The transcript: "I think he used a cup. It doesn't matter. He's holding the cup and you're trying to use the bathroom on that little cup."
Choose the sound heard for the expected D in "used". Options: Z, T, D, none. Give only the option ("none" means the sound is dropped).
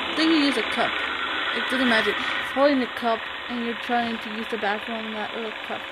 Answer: none